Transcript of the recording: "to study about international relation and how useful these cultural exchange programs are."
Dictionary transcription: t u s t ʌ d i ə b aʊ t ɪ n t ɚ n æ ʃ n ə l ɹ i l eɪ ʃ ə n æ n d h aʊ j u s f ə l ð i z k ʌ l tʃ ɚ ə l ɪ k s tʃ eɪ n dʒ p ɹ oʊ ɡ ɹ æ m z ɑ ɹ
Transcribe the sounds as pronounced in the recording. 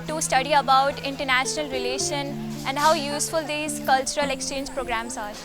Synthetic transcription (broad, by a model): t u s t ʌ d i ə b aʊ t ɪ n t ɚ n æ ʃ n ə l ɹ i l eɪ ʃ ə n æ n d h aʊ j u s f ə l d i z k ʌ l tʃ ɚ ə l ɪ k s tʃ eɪ n dʒ p ɹ oʊ ɡ ɹ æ m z ɑ ɹ